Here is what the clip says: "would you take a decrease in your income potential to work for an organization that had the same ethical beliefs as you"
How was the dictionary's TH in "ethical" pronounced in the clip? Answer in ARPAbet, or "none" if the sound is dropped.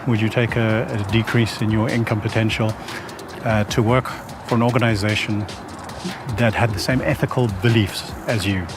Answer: TH